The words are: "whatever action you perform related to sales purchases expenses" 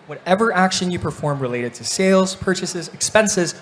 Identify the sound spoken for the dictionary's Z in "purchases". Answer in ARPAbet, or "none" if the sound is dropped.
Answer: Z